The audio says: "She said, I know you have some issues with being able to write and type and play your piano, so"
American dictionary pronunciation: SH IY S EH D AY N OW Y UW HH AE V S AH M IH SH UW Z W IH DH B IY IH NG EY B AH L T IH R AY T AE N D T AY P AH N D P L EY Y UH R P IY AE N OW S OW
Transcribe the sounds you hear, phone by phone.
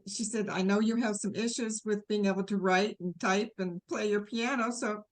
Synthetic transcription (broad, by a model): SH IY S EH D AY N OW Y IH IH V S AH M IH SH UW Z W IH DH B IY IH NG EY B L T IH R AY T N T AY P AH N P L EY Y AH R P IY AE N OW S OW